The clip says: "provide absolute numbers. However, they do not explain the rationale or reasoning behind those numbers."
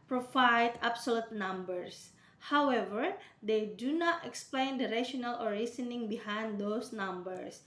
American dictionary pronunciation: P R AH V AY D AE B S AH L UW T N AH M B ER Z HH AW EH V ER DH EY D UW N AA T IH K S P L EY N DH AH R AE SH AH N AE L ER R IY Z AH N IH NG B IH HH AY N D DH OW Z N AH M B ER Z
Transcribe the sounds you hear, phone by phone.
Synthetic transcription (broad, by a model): P R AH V AY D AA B S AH L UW T N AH M B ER S HH AW EH V ER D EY D UW N AA T IH K S P L EY N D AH R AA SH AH N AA L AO R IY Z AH N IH NG B IH HH AY N D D OW S N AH M B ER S